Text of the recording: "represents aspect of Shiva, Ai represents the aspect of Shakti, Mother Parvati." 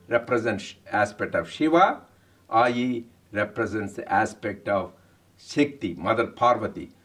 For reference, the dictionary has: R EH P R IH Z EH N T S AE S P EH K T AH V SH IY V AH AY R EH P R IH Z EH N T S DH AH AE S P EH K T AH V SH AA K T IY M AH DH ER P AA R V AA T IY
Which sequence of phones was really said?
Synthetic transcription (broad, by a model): R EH P R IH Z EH N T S AE S P EH K T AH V SH IY V AH AY R EH P R IH Z EH N T S AE S P EH K T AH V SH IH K T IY M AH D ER P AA R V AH T IY